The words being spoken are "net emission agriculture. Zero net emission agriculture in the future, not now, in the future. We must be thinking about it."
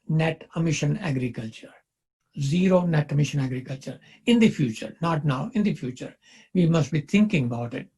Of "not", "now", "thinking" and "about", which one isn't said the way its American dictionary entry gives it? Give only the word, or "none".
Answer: thinking